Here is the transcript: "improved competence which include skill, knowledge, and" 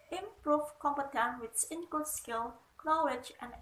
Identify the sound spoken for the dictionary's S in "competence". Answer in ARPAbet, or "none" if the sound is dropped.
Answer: none